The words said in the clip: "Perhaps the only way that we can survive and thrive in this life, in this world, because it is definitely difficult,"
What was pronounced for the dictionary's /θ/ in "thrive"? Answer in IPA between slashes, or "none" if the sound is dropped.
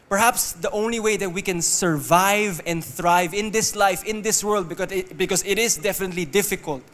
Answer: /θ/